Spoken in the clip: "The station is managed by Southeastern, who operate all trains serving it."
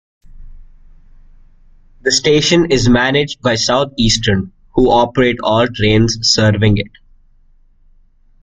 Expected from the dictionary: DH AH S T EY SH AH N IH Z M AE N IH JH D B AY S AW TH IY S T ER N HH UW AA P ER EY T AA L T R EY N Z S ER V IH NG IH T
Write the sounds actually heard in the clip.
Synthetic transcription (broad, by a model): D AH S T EY SH AH N IH Z M AE N IH JH D B AY S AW T IY S T ER N HH UW AA P ER EY T AA L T R EY N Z S ER V IH NG IH T